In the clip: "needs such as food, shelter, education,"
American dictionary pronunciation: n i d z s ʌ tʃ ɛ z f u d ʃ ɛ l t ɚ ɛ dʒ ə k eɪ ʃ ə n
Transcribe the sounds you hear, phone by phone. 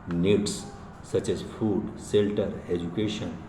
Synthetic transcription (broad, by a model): n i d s s ʌ tʃ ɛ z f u d s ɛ l t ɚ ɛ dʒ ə k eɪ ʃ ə n